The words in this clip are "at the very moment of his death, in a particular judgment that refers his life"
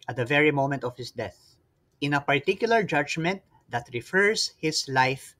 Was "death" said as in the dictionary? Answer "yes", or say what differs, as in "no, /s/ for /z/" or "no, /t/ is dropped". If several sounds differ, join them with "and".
yes